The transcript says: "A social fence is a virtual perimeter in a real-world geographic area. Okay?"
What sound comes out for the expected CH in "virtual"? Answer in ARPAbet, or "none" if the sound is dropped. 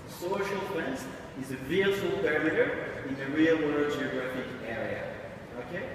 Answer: none